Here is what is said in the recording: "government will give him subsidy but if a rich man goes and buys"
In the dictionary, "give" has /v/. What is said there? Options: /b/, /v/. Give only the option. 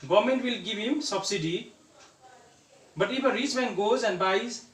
/b/